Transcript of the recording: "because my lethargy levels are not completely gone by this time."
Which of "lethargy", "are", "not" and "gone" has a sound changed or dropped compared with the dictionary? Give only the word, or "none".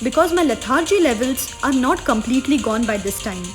lethargy